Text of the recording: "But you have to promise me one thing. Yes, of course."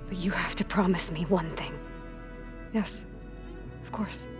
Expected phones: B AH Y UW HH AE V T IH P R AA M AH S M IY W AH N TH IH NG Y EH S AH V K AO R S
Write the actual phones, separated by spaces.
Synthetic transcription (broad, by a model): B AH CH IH HH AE F T IH P R AA M AH S M IY W AH N TH IH NG Y EH S AH V K AO R S